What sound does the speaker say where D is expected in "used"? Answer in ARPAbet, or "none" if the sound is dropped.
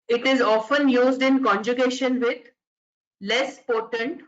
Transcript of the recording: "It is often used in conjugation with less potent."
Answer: D